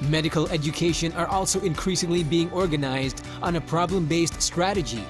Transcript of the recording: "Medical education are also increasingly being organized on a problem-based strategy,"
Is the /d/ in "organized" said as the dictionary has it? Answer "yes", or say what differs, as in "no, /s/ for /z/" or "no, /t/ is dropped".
yes